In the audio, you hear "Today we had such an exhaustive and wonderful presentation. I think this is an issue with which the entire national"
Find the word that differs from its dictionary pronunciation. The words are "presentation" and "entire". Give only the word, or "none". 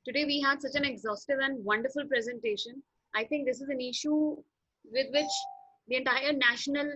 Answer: none